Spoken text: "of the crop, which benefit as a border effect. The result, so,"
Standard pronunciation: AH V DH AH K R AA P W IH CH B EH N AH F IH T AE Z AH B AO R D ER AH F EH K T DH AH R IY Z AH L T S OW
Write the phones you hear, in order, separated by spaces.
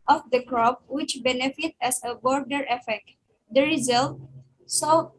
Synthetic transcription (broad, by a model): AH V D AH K R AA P W IH CH B EH N AH F IH T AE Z AH B AO R D ER AH F EH K T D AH R IY Z AH L T S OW